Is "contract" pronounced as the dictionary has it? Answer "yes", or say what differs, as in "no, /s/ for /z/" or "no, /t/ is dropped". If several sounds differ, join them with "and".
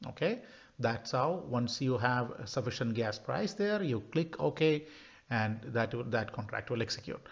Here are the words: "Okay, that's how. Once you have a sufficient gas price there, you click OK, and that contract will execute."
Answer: yes